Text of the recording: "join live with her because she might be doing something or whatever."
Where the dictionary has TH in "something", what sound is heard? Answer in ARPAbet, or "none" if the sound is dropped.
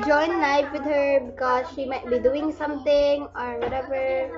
T